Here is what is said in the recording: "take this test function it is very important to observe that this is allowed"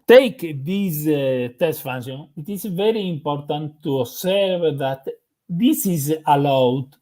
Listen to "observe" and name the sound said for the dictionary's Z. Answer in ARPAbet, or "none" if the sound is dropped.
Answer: S